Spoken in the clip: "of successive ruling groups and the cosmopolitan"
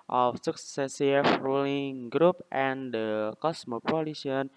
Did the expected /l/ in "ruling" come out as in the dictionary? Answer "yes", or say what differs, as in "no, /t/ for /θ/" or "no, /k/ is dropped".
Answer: yes